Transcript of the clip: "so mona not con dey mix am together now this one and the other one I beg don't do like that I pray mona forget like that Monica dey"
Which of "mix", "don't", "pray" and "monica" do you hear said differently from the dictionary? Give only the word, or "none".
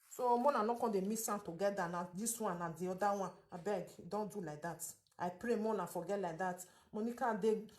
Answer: mix